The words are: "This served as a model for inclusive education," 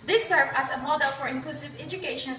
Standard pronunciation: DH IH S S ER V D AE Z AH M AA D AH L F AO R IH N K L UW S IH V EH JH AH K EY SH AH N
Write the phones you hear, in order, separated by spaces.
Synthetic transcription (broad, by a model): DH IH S S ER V AE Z AH M AA D AH L F AO R IH N K L UW S IH V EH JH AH K EY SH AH N